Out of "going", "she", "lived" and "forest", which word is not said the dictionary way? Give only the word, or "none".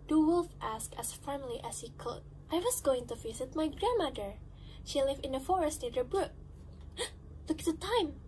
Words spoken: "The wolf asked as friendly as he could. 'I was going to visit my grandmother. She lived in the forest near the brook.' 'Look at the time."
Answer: lived